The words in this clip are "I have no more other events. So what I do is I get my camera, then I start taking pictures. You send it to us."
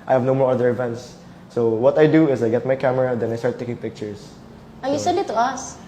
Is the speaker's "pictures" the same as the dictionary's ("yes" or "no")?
no